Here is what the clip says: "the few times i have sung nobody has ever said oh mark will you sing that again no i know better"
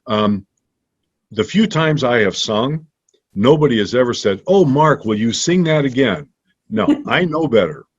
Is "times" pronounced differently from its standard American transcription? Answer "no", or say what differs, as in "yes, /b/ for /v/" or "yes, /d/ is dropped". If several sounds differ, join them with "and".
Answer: no